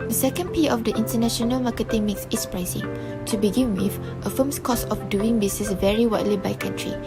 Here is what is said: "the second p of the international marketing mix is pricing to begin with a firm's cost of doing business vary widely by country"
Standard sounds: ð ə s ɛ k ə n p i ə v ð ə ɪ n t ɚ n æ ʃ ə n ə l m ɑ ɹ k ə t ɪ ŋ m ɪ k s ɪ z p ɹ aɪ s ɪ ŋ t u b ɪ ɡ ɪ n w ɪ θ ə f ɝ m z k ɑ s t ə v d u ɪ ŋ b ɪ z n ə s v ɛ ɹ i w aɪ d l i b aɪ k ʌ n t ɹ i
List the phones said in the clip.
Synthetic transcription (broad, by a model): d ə s ɛ k ə n p i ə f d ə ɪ n t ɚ n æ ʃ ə n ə l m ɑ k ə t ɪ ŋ m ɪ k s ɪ s p ɹ aɪ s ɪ ŋ t u b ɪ ɡ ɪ n w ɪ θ ə f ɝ m s k ɑ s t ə f d u ɪ ŋ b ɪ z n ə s v ɛ ɹ i w aɪ d l i b aɪ k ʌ n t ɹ i